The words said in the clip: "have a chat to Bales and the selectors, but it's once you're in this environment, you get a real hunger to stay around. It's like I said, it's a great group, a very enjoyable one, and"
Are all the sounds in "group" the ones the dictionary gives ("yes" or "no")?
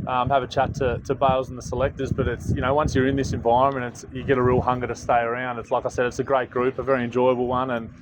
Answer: yes